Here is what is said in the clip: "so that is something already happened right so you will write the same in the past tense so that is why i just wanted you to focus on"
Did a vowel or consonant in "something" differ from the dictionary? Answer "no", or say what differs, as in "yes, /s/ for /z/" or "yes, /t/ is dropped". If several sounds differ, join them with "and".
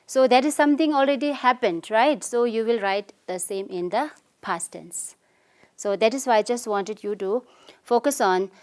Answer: yes, /t/ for /θ/